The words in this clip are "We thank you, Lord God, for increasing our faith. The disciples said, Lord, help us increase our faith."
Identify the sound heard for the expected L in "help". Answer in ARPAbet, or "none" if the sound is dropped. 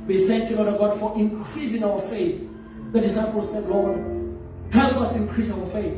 none